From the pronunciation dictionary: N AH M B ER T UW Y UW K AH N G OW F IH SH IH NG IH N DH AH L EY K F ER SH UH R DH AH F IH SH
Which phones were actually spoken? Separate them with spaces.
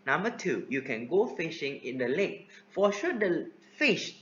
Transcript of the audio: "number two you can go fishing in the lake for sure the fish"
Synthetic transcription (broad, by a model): N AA M B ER T UW Y UW K AH N G OW F IH SH IH NG IH N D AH L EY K F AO SH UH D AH F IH SH